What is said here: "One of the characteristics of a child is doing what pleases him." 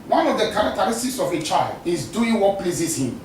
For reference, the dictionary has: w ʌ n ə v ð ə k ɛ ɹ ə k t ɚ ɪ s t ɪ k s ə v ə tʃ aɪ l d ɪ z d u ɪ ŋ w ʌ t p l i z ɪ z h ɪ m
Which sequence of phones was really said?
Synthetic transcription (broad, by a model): w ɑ n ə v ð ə k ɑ ɹ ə k t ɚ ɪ s t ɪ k s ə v ə tʃ aɪ l d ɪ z d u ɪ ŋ w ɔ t p l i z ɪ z h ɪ m